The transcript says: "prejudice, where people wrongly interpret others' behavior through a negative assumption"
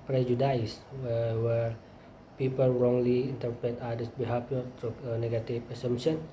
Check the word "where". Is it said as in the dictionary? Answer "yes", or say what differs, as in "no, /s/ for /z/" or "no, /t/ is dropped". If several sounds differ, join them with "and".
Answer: no, /w/ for /ɹ/